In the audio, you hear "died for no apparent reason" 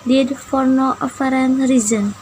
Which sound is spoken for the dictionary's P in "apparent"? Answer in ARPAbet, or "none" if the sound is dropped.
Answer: F